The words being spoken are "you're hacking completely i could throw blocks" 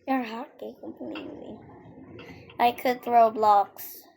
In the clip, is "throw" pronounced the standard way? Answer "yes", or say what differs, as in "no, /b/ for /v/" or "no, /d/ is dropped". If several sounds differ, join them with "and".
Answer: yes